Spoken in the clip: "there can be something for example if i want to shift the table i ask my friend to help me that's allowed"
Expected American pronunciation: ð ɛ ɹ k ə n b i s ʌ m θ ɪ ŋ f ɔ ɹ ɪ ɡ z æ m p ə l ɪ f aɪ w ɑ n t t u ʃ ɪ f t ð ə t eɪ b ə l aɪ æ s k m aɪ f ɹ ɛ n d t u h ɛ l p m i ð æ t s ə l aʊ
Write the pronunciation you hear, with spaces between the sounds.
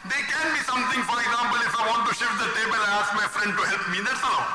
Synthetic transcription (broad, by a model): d ɛ k ə n b i s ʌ m t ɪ ŋ f ɔ ɹ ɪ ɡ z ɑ m p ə l ɪ f aɪ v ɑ n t t u ʃ ɪ f t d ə t eɪ b ə l aɪ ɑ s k m aɪ f ɹ ɛ n d t u h ɛ l p m i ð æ t s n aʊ